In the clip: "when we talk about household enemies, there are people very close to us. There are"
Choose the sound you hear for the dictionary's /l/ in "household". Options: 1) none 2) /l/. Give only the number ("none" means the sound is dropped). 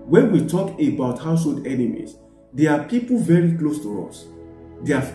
2